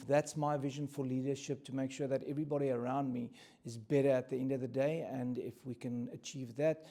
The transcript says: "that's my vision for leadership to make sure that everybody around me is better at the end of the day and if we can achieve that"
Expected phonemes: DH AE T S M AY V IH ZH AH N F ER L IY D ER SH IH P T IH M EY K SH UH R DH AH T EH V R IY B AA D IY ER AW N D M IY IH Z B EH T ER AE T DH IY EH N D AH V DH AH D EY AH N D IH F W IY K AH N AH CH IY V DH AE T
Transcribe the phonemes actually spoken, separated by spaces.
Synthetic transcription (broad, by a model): DH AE T S M AY V IH ZH AH N F ER L IY D ER SH IH P T IH M EY K SH UH R DH AH T EH V R IY B AA D IY ER AW N D M IY IH Z B EH T ER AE T DH IY EH N D AH V DH AH D EY AH N D IH F W IY K AH N AH CH IY V DH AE T